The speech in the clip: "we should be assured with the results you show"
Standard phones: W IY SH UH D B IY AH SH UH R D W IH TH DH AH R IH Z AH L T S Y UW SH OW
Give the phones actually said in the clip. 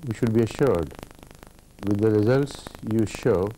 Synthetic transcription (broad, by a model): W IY SH UH D B IY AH SH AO R D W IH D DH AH R IH Z AH L T S Y UW SH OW